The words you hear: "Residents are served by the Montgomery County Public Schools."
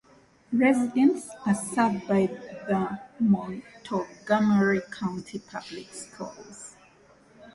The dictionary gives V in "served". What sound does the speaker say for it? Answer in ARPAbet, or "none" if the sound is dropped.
none